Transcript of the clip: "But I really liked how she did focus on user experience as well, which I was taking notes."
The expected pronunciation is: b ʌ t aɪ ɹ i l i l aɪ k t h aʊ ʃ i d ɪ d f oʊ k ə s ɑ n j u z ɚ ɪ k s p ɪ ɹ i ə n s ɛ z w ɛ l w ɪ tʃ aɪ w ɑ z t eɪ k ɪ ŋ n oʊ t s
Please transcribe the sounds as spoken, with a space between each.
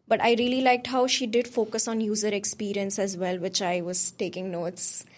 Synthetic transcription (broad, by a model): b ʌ t aɪ ɹ i l i l aɪ k t h aʊ ʃ i d ɪ d f oʊ k ə s ɑ n j u z ɚ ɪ k s p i ɹ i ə n s ɛ z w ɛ l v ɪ tʃ aɪ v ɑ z t eɪ k ɪ ŋ n oʊ t s